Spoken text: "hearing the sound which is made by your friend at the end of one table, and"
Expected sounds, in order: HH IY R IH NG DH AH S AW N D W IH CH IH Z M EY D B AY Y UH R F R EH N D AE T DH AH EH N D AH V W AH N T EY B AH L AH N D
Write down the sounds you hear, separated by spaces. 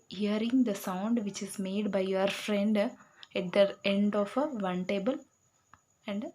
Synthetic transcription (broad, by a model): HH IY R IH NG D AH S AW N D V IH CH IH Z M EY D B AY Y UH R F R EH N D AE T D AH EH N D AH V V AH N T EY B AH L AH N D